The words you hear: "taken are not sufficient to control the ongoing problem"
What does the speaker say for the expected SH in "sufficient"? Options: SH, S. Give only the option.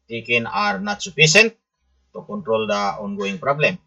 S